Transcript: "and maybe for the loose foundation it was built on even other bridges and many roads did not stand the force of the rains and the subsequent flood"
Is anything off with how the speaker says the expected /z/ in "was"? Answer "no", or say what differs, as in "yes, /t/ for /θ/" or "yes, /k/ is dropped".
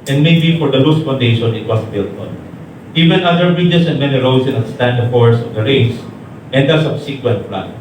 yes, /s/ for /z/